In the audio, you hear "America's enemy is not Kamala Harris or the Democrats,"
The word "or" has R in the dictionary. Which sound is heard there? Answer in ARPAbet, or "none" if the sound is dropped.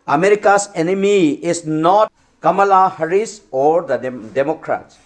R